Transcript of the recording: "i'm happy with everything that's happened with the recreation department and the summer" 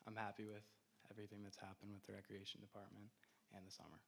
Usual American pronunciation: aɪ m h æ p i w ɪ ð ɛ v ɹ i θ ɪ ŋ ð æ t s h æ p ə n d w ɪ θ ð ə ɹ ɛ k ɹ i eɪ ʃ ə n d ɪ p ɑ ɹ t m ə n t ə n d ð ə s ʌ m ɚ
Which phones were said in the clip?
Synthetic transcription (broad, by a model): aɪ m h æ p i w ɪ ð ɛ v ɹ i θ ɪ ŋ ð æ t s h æ p ə n d w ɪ ð ə ɹ ɛ k ɹ i eɪ ʃ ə n d ɪ p ɑ ɹ t m ə n t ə n ð ə s ʌ m ɚ